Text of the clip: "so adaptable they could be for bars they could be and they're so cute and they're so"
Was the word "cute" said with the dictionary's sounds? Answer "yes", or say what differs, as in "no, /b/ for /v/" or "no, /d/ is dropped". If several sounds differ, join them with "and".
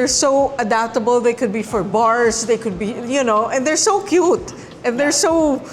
yes